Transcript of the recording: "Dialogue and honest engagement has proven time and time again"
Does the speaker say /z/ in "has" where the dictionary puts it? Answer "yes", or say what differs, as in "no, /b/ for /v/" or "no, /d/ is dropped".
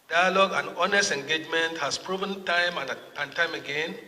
no, /s/ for /z/